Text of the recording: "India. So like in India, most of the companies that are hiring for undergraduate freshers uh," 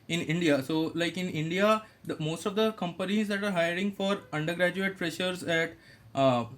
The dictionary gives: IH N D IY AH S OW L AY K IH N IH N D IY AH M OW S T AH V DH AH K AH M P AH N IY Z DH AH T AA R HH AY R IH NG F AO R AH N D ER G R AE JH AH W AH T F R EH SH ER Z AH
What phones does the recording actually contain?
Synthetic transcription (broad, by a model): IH N D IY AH S OW L AY K IH N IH N D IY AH M OW S T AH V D AH K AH M P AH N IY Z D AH T AA R HH AY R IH NG F AO R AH N D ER G R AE JH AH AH T P R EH SH ER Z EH